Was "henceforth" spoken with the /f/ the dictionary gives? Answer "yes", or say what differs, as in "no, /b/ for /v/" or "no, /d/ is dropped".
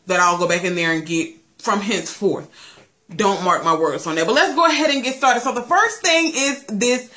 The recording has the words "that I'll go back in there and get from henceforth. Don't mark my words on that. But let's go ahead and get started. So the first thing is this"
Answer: yes